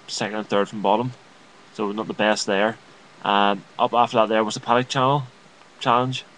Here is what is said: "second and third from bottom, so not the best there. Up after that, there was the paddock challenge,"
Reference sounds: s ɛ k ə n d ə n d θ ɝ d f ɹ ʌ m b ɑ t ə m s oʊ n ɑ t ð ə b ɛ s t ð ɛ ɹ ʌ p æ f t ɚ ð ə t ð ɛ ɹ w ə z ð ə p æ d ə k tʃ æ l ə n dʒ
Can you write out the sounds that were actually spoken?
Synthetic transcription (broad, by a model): s ɛ k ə n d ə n θ ɝ d f ɹ ʌ m b ɑ t ə m s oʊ n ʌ t ð ə b ɛ s t ð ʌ ɹ ʌ p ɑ f t ɚ ð ə t ð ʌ ɹ w ə z ð ə p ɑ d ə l tʃ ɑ l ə n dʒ